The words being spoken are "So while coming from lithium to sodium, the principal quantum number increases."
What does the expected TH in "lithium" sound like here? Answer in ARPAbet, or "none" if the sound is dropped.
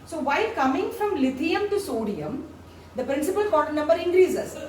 T